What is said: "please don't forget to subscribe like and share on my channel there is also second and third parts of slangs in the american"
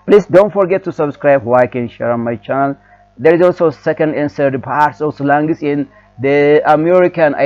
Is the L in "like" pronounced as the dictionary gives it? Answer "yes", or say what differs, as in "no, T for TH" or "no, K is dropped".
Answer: no, W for L